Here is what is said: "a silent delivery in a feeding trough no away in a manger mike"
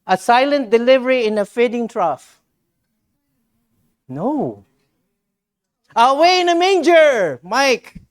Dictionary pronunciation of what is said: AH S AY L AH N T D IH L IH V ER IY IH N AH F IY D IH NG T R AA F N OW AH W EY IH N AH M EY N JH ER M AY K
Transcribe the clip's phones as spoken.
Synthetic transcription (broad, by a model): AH S AY L AH N T D IH L IH V ER IY IH N AH F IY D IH NG T R AA F N OW AH W EY IH N AH M EY N JH ER M AY K